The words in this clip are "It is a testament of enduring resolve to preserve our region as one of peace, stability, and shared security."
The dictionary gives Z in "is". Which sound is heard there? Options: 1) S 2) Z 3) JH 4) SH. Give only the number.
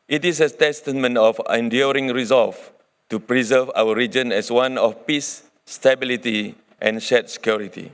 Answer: 1